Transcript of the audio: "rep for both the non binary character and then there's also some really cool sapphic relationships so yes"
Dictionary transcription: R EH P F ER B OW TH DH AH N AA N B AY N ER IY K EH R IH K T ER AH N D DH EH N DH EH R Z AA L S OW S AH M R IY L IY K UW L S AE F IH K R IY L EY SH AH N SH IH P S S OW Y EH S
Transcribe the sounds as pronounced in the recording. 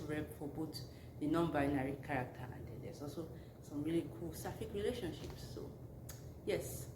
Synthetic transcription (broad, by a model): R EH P F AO B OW T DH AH N AA N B AY N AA IY K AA R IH K T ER AH N D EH N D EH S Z AA L S OW S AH M R IY L IY K UW L S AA F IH K R IY L EY SH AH N SH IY P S S OW Y EH S